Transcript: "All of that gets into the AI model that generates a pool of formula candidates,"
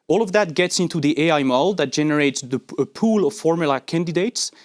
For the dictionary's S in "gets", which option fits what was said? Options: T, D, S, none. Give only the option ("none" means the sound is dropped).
S